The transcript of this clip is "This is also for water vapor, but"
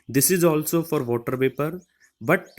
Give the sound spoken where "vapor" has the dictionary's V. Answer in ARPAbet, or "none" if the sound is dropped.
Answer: P